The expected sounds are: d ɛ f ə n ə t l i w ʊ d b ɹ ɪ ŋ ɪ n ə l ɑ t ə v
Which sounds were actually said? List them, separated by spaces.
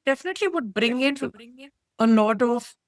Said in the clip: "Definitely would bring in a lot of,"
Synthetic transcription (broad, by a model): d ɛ f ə n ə t l i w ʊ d b ɹ ɪ ŋ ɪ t ə n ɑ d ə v